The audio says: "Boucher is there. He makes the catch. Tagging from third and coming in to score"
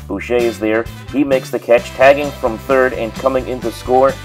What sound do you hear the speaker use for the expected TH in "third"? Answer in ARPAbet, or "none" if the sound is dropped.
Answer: TH